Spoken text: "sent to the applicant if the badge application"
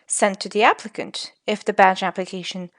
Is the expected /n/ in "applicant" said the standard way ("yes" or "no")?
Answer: yes